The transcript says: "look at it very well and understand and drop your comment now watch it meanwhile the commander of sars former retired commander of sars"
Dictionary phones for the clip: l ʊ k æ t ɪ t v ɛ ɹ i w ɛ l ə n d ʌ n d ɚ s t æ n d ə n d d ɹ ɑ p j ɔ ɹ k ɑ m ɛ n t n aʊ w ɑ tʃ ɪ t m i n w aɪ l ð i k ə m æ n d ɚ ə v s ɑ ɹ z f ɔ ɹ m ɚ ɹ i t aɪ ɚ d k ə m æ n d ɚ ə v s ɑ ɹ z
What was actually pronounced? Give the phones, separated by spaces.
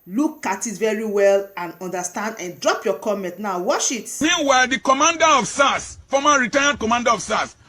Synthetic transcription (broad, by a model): l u k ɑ t ɪ t v ɛ ɹ i w ɛ l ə n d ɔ n d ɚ s t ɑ n d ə n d d ɹ ɑ p j ɔ k ɑ m ɛ n t n aʊ w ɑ ʃ ɪ t m i n w aɪ l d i k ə m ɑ n d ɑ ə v s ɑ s f ɔ m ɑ ɹ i t aɪ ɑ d k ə m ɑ n d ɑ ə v s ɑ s